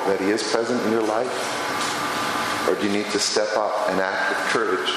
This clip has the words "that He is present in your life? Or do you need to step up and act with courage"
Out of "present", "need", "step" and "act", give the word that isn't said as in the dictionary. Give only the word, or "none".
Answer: none